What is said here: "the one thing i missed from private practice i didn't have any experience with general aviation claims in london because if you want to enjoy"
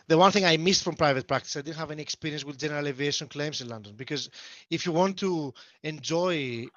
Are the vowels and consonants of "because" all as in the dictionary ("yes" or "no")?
yes